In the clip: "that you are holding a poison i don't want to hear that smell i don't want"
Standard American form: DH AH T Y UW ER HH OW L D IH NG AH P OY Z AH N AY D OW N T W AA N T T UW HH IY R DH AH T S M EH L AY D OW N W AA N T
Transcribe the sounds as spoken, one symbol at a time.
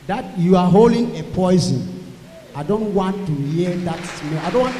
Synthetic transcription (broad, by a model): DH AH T Y UW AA HH OW L D IH NG AH P OY Z AH N AY D OW N T W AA N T T UW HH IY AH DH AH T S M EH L AY D OW N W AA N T